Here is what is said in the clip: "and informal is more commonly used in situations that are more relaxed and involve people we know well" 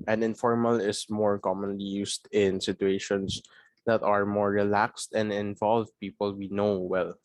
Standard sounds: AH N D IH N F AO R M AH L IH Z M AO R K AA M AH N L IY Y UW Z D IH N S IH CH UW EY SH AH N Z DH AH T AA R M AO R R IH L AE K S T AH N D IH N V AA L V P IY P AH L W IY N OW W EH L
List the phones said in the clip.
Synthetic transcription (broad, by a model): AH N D IH N F AO R M AH L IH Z M AO R K AA M AH N L IY Y UW S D IH N S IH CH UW EY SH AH N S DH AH T AA R M AO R R IH L AE K S T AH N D IH N V AA L V P IY P AH L W IY N OW W EH L